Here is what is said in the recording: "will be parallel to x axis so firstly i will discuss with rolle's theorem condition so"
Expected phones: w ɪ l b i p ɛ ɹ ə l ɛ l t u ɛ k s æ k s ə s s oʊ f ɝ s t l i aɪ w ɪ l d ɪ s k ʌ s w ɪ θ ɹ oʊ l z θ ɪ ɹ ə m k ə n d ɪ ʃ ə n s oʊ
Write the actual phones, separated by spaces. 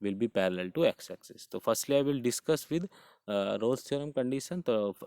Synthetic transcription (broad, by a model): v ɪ l b i p ɛ ɹ ə l ɛ l t u ɛ k s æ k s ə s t oʊ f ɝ s t l i aɪ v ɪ l d ɪ s k ʌ s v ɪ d ɹ oʊ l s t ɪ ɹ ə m k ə n d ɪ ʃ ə n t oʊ